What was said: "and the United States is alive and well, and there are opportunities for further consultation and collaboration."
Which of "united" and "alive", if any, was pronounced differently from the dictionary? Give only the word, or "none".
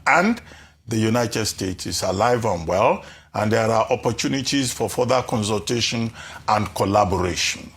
none